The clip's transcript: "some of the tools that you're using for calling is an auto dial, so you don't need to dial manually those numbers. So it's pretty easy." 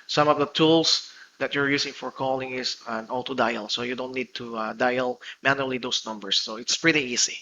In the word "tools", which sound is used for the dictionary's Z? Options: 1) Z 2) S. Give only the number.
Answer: 2